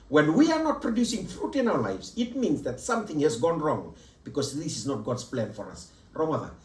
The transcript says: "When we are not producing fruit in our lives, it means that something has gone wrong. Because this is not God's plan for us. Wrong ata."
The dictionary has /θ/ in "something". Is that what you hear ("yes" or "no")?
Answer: yes